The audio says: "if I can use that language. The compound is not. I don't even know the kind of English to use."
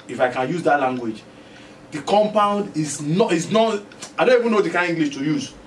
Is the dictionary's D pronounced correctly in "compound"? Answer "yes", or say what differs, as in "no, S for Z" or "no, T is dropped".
yes